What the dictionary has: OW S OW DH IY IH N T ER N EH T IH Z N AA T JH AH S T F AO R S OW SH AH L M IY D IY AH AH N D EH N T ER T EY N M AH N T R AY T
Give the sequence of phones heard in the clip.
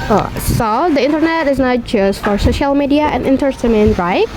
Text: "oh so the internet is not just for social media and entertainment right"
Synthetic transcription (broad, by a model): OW S OW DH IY IH N T ER N EH T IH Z N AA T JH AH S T F AO R S OW SH AH L M IY D IY AH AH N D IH N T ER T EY M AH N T R AY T